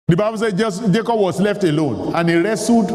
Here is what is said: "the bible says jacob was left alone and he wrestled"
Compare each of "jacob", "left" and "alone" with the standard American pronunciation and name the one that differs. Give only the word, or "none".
none